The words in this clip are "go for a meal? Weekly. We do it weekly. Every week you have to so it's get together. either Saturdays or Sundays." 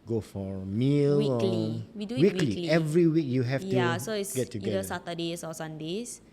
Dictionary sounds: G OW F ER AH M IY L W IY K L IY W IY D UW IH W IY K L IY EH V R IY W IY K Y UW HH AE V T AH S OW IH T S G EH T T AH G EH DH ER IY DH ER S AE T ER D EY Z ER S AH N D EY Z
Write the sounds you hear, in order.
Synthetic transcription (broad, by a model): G OW F AH M IY L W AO L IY W IY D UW W IY K L IY EH V R IY W IY K Y UW HH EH F T AH S OW IH T S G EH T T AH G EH ER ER S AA T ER D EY S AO S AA N D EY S